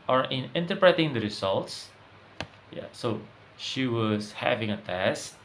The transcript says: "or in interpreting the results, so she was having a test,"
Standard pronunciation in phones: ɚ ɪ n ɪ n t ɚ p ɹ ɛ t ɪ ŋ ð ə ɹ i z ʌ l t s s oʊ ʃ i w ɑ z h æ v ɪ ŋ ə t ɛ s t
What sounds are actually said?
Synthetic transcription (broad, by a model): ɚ ɪ n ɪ n t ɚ p ɹ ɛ t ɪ ŋ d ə ɹ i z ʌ l t s s oʊ ʃ i w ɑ s h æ v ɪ ŋ ə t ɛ s